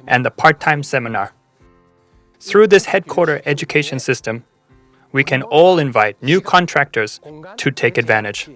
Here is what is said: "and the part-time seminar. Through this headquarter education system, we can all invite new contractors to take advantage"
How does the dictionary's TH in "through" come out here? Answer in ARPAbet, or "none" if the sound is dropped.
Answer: TH